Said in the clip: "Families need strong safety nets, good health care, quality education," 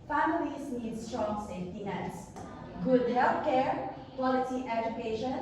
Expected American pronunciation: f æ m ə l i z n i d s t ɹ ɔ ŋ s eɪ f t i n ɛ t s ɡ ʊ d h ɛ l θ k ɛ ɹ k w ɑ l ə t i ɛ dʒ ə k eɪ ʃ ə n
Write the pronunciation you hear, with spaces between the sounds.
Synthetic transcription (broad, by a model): f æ m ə l i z n i d s t ɹ ɔ ŋ s eɪ f t i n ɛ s ɡ ʊ d h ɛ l f k ɛ ɹ k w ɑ l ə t i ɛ dʒ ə k eɪ ʃ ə n